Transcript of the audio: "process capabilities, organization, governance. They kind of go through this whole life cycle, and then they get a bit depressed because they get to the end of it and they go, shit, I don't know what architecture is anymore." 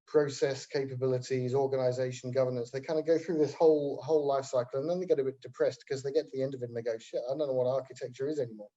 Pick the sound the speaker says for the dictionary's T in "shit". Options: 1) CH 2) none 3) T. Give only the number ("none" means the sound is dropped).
2